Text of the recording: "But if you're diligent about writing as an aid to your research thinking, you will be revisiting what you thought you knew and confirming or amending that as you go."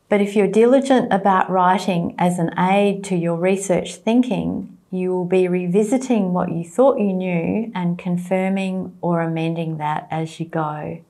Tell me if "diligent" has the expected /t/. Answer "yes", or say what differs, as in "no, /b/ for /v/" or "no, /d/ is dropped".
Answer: yes